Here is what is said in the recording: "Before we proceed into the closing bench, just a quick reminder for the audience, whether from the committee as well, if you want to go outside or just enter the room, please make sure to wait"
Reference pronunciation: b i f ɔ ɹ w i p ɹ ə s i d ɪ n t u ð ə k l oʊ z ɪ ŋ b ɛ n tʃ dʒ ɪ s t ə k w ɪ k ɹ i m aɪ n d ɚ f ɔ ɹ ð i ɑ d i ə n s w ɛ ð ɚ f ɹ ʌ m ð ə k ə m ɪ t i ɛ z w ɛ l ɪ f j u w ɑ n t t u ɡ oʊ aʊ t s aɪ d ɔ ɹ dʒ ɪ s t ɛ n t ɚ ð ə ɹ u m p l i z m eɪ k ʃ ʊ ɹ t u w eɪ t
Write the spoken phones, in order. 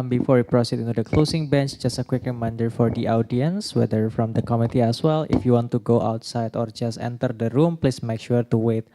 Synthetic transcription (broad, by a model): b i f ɔ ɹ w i p ɹ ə s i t ɪ n t u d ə k l oʊ s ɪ ŋ b ɛ n tʃ dʒ ɪ s t ə k w ɪ k ɹ i m aɪ n d ɚ f ɔ ɹ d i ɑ d i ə n s w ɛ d ɚ f ɹ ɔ m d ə k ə m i t i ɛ s w ɛ l ɪ f j u w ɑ n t t u ɡ oʊ aʊ t s aɪ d ɔ ɹ dʒ ɪ s t ɛ n t ɚ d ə ɹ u m p l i s m eɪ k ʃ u ɹ t u w eɪ t